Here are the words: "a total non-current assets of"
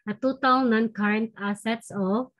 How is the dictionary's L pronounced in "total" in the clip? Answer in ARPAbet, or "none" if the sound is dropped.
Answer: W